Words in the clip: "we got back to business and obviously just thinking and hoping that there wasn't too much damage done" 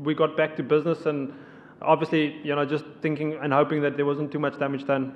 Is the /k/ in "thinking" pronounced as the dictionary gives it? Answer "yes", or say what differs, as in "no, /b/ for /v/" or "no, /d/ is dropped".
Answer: yes